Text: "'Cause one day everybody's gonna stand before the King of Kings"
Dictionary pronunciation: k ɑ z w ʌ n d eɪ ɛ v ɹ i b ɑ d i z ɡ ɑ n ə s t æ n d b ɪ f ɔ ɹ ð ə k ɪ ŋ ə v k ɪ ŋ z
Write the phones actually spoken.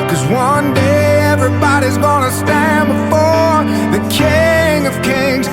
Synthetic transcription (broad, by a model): k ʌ z w ʌ n d eɪ ɛ v ɹ i b ɑ d i z ɡ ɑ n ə s t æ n b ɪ f ɔ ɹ ð ə k ɪ ŋ ə v k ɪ ŋ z